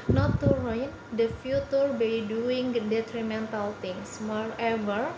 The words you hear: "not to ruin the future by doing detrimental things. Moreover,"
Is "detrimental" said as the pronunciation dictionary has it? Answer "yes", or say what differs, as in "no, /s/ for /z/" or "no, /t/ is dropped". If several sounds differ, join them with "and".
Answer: yes